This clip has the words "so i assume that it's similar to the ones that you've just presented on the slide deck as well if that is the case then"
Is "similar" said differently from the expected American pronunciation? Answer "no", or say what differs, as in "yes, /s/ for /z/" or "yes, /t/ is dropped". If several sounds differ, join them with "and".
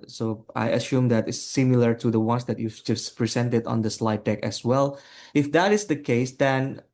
no